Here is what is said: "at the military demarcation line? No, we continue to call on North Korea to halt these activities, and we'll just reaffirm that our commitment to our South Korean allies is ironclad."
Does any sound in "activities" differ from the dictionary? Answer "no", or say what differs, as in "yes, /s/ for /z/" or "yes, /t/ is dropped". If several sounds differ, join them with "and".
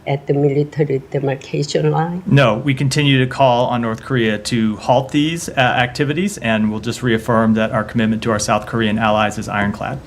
no